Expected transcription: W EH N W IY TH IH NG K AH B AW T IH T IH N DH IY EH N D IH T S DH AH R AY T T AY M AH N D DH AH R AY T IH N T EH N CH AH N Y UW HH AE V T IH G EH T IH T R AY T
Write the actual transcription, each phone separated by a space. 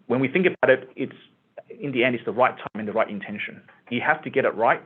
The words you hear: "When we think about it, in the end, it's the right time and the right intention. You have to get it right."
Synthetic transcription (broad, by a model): W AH N W IY TH IH NG K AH B AW T IH T IH N DH IY EH N D IH T S DH AH R AY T T AY M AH N DH AH R AY T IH N T EH N SH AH N Y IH HH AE F T IH G EH T IH T R AY T